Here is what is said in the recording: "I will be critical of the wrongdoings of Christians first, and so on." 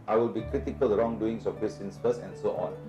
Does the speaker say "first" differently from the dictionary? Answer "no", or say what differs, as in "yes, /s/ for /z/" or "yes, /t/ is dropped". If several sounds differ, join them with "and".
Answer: yes, /t/ is dropped